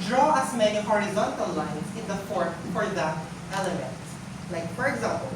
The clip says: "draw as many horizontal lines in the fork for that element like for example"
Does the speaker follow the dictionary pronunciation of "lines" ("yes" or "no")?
no